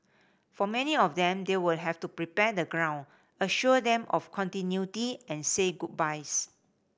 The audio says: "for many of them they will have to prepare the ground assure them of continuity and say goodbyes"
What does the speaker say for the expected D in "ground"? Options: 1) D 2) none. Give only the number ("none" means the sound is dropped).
2